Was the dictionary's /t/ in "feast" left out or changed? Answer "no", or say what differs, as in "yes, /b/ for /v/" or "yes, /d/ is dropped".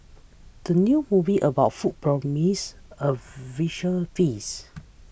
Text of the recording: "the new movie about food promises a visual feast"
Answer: yes, /t/ is dropped